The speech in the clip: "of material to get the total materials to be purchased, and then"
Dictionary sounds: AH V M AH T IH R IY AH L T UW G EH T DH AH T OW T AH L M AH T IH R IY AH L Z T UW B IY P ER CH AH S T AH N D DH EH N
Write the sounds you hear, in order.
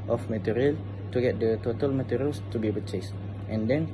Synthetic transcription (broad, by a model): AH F M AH T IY R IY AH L T UW G EH T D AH T OW T AH L M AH T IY R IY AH L S T UW B IY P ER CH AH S T AH N D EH N